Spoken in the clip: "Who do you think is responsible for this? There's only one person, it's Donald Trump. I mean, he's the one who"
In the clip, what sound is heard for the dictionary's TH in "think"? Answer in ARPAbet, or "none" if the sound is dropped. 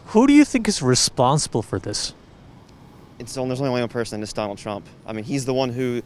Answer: TH